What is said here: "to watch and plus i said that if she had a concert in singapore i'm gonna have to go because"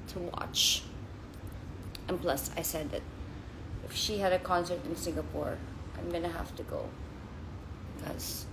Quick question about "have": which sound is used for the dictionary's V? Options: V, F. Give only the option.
F